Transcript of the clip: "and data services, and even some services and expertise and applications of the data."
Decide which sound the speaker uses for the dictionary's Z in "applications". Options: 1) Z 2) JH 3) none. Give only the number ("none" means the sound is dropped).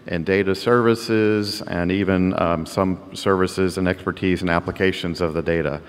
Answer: 1